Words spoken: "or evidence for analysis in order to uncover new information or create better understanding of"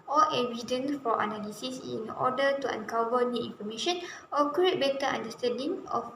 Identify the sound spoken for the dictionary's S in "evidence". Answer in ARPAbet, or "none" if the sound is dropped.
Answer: none